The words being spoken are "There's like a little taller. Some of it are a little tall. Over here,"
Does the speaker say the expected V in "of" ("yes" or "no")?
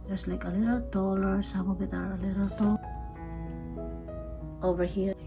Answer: no